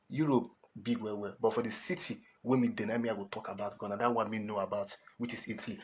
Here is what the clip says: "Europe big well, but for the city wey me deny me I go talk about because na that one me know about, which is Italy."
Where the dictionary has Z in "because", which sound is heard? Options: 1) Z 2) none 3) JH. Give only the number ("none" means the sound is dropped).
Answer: 2